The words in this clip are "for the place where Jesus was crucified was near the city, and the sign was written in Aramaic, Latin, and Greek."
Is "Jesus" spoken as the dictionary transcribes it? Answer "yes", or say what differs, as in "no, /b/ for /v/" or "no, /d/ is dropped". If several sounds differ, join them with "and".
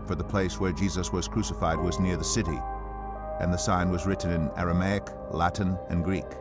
yes